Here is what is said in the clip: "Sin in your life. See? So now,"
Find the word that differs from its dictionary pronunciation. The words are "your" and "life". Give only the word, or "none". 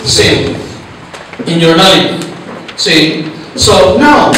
life